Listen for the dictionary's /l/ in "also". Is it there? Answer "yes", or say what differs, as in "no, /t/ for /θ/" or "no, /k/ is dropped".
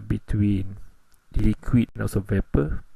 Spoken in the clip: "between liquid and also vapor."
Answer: no, /l/ is dropped